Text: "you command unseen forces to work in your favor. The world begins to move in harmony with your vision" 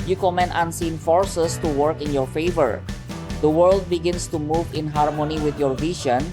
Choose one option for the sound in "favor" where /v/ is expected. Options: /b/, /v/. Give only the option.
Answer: /v/